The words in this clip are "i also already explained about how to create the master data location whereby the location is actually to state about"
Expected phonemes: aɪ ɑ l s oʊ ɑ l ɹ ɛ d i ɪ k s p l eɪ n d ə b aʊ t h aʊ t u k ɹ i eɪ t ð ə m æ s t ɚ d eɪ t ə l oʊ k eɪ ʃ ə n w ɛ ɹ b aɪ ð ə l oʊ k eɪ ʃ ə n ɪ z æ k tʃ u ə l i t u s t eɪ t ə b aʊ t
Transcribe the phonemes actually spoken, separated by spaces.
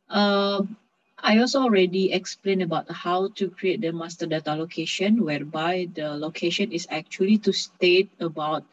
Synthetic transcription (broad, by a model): aɪ ɑ l s oʊ ɑ l ɹ ɛ d i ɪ k s p l eɪ n ə b aʊ t h aʊ t u k ɹ i eɪ t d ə m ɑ s t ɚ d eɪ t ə l oʊ k eɪ ʃ ə n w ɛ ɹ b aɪ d ə l oʊ k eɪ ʃ ə n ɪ s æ k tʃ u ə l i t u s t eɪ t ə b aʊ t